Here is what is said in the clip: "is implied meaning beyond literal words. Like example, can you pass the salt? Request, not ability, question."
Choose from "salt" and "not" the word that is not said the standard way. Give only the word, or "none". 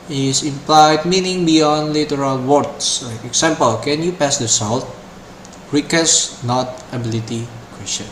none